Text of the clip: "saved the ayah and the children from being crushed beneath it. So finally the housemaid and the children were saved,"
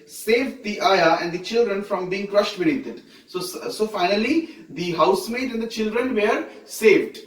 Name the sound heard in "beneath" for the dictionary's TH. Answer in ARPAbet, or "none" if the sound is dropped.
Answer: S